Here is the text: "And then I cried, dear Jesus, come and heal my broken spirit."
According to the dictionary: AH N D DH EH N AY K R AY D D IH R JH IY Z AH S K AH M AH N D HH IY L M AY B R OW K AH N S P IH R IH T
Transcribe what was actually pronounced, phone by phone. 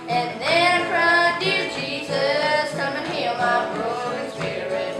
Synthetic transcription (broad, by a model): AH N DH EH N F R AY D D IH R JH IY Z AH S K AH M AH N HH IY L M AY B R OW AH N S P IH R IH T